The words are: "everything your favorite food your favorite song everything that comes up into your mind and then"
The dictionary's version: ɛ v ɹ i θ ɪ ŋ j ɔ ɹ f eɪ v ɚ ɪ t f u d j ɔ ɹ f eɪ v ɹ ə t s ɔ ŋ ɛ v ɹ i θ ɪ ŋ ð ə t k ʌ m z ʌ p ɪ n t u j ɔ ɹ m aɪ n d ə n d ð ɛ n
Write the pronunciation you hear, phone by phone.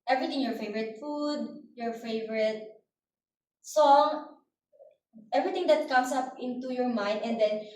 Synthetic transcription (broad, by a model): ɛ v ɹ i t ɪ ŋ j ɔ ɹ f eɪ v ɚ ɪ t f u d j ɔ ɹ f eɪ v ɹ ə t s ɔ ŋ ɛ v ɹ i t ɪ ŋ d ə t k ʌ m s ʌ p ɪ n t u j ɔ ɹ m aɪ n d ə n d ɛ n